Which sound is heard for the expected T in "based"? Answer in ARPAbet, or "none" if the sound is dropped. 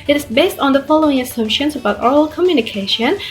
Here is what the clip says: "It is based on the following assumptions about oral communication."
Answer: T